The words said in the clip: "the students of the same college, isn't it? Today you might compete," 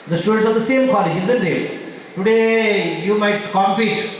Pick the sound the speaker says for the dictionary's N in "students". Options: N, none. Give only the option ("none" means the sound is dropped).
none